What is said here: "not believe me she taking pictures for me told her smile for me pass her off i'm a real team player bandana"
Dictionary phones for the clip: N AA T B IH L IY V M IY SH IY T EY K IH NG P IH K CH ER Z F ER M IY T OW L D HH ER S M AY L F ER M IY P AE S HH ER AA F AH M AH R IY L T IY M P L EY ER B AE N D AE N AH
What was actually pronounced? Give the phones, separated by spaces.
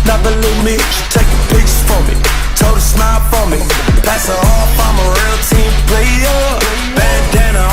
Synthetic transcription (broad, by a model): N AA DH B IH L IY M IY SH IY T EY K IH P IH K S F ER M IY T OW D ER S M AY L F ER M IY P AE S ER AA F AH M AH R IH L T IY M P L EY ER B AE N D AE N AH